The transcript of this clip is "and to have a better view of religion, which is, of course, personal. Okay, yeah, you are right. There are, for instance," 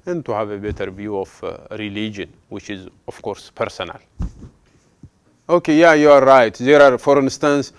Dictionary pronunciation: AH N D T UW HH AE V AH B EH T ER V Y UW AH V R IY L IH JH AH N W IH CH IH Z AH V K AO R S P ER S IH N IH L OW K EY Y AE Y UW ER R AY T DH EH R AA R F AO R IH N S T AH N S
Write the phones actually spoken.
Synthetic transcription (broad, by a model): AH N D T UW HH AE V AH B EH T ER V Y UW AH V R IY L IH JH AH N W IH CH IH Z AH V K AO R S P ER S IH N IH L OW K EY Y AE Y UW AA R AY T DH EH R AA R F AO R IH N S T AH N S